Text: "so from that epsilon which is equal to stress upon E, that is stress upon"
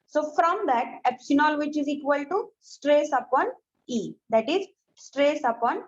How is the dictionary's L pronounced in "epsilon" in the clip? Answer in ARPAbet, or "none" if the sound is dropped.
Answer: N